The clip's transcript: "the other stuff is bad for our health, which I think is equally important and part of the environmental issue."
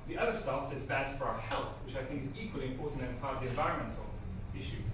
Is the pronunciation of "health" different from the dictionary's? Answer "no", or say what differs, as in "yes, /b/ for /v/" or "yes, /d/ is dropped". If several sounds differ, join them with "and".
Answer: no